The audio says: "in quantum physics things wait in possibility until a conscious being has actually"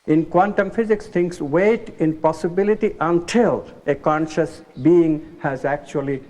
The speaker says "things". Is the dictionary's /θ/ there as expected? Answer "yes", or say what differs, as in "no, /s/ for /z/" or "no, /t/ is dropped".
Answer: no, /t/ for /θ/